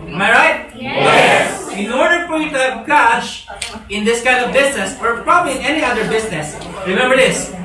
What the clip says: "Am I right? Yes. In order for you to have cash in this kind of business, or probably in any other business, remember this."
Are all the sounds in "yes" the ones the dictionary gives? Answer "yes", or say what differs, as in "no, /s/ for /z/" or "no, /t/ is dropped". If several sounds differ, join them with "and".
no, /s/ is dropped